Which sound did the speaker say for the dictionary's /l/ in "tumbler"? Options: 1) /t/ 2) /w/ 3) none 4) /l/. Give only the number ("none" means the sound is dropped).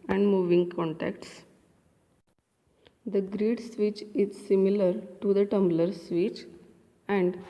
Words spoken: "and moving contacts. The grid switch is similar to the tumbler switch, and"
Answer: 4